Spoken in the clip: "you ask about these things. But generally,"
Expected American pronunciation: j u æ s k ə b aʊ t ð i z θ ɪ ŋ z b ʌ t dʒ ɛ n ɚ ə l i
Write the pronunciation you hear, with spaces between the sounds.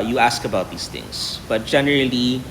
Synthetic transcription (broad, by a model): j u æ s k ə b aʊ t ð i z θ ɪ ŋ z b ʌ t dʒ ɛ n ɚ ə l i